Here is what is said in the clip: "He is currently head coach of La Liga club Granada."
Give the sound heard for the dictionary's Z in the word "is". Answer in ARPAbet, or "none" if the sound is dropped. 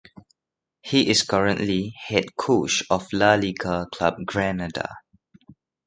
S